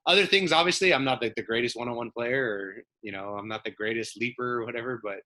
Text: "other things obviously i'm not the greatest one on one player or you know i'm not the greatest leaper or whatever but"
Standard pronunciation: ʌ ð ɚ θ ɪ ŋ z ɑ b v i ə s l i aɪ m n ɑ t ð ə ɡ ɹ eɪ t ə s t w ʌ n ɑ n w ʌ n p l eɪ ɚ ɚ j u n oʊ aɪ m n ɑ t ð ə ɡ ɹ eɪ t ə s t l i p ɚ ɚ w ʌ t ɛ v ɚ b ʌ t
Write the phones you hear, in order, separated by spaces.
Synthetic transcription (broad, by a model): ʌ ð ɚ θ ɪ ŋ z ɑ b v i ə s l i aɪ m n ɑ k ð ə ɡ ɹ eɪ t ə s t w ʌ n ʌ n w ʌ n p l eɪ ɚ ɚ j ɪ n oʊ aɪ m n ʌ t ð ə ɡ ɹ eɪ t ə s t l i p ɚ ɚ w ʌ t ɛ v ɚ b ʌ t